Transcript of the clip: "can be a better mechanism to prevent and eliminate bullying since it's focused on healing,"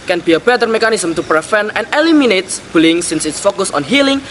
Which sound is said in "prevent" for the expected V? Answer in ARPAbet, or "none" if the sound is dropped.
F